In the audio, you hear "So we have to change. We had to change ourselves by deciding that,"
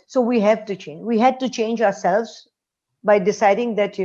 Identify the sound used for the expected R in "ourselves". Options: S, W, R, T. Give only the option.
R